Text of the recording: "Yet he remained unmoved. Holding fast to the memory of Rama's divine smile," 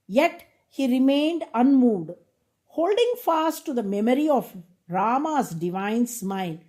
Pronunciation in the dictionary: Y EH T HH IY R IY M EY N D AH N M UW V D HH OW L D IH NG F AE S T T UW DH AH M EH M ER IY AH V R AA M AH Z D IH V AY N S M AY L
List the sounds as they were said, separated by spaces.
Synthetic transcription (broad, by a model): Y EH T HH IY R IY M EY N D AH N M UW V D HH OW L D IH NG F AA S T T UW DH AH M EH M ER IY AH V R AA M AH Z D IH V AY N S M AY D